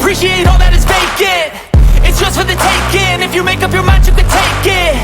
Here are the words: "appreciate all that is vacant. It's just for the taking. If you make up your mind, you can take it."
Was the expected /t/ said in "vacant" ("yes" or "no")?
no